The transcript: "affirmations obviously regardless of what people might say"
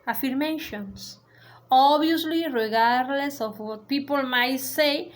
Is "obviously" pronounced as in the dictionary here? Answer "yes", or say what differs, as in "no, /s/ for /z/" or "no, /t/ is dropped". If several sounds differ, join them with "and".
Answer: no, /v/ is dropped